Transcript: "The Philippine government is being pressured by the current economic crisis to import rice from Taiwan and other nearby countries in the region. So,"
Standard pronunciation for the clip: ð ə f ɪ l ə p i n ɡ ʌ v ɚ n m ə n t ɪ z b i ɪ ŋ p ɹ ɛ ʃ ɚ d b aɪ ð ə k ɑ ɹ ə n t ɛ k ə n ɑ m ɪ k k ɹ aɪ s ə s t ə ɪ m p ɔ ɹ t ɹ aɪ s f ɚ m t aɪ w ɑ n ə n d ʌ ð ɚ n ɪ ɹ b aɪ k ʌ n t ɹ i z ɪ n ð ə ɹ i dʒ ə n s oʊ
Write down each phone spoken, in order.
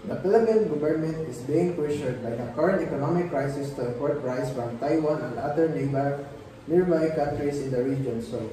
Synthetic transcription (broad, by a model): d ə p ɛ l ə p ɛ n ɡ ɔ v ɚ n m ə n t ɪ s b i ɪ ŋ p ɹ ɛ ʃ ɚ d b aɪ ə k ɑ ɹ ə n t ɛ k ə n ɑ m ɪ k k ɹ aɪ s ə s t ə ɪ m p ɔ ɹ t ɹ aɪ s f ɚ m t aɪ w ɑ n ə n d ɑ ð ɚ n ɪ ɹ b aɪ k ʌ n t ɹ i s ɪ n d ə ɹ i dʒ ə n s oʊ